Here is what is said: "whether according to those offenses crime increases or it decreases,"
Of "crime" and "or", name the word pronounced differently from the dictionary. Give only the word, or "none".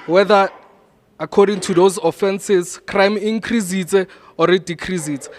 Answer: none